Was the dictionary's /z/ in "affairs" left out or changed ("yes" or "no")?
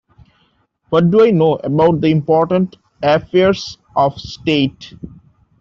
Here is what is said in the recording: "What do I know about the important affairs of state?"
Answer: yes